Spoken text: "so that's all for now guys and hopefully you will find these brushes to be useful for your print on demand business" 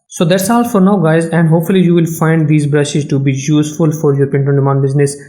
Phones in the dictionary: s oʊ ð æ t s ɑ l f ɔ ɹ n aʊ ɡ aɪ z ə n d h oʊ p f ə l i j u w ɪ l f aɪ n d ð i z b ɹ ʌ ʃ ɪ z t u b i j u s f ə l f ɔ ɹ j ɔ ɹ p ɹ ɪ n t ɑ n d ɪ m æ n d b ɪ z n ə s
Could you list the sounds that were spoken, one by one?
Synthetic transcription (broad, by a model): s oʊ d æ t s ɑ l f ɔ ɹ n aʊ ɡ aɪ z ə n d h oʊ p f ə l i j u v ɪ l f aɪ n d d i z b ɹ ʌ ʃ ɪ z t u b i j u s f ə l f ɔ ɹ j ɔ ɹ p ɪ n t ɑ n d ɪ m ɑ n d b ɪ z n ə s